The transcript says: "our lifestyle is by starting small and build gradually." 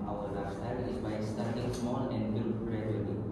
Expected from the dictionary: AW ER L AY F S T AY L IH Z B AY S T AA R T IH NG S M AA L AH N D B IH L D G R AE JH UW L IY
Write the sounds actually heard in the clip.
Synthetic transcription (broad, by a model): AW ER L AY S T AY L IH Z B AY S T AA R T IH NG S M AA L AH N D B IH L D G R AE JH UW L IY